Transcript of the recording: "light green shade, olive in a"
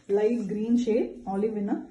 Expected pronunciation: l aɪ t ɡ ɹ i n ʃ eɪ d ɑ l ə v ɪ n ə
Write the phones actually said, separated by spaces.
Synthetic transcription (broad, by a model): l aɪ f ɡ ɹ i n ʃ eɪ ɑ l ə v ɪ n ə